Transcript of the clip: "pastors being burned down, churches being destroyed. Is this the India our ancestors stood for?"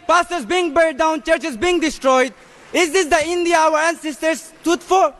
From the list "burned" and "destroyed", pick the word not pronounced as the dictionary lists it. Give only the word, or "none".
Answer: burned